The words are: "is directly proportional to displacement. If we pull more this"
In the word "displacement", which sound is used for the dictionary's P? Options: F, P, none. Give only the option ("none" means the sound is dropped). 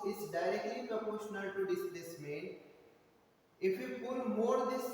none